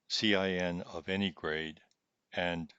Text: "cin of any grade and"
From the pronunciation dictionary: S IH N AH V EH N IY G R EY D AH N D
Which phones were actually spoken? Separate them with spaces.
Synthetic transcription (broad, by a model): S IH N AH V EH N IY G R EY D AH N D